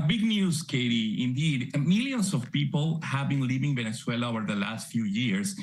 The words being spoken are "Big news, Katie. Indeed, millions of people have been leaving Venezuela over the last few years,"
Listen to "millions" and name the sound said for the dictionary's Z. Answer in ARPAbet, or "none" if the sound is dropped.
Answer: S